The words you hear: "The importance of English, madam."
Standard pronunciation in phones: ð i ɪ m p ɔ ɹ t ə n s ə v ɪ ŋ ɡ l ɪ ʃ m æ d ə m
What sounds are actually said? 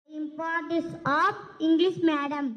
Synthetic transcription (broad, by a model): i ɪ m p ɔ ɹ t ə s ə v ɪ ŋ ɡ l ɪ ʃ m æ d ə m